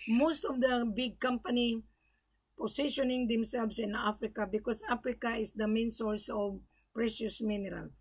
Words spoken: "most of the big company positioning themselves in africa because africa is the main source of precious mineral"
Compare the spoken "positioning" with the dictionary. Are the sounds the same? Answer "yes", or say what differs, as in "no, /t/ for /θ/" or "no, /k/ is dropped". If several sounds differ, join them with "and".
no, /s/ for /z/